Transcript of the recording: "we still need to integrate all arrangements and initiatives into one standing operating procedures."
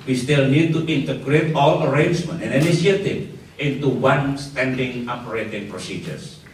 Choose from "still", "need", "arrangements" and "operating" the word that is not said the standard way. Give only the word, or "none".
arrangements